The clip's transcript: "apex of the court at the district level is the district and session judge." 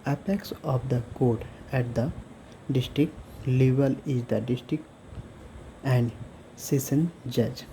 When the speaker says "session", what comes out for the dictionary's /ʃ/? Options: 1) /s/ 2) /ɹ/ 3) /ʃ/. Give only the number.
1